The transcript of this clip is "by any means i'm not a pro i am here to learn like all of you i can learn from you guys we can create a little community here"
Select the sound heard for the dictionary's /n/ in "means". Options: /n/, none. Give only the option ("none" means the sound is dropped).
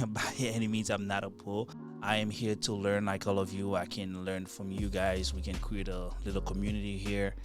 none